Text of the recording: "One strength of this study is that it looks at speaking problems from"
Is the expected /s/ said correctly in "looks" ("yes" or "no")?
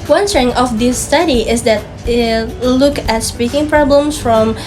no